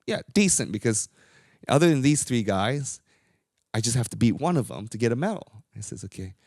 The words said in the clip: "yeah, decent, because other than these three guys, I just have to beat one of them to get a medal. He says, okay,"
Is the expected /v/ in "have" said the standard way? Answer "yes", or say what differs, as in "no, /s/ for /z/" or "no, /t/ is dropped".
no, /f/ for /v/